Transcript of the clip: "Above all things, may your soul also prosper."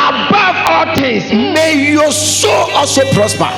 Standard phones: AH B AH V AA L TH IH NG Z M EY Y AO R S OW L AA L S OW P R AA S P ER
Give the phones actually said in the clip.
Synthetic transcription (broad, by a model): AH B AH V AA L T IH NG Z M EY Y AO S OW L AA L S OW P R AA S P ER